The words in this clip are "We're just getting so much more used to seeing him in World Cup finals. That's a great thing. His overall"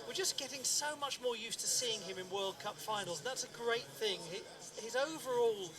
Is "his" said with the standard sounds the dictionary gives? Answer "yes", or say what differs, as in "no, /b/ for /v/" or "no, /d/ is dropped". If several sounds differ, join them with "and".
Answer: yes